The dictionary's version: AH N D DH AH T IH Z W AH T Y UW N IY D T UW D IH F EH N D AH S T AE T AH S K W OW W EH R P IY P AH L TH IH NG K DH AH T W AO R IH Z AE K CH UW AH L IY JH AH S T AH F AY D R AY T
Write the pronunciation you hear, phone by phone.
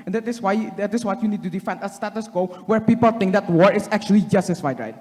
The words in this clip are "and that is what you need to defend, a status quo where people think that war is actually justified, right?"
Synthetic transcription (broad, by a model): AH N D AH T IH S W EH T Y UW N IY D T UW D IH F EH N D AH S T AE T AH S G OW W EH R P IY P AH L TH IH NG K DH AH T W AO R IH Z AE K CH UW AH L IY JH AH S T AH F AY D R AY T